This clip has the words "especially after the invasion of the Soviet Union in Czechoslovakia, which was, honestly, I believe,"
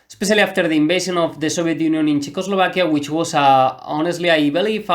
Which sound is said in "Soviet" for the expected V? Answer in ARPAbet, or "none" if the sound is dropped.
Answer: B